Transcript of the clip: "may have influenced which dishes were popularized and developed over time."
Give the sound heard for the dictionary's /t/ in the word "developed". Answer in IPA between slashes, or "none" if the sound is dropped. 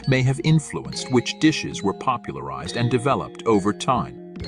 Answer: /t/